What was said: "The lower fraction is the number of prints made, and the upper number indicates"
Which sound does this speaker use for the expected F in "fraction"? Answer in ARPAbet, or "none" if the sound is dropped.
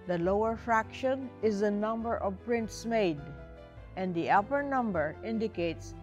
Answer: F